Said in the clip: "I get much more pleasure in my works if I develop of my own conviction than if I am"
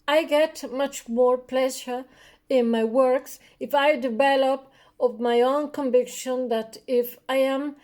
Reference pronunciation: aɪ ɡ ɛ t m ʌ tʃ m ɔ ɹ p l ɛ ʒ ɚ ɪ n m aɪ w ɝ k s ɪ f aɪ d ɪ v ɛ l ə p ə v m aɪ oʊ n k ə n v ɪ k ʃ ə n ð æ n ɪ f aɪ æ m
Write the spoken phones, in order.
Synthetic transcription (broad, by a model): aɪ ɡ ɛ t m ʌ tʃ m ɔ ɹ p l ɛ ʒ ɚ ɪ n m aɪ w ɝ k s ɪ f aɪ d ɪ v ɛ l ə p ə v m aɪ oʊ n k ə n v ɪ k ʃ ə n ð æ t ɪ f aɪ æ m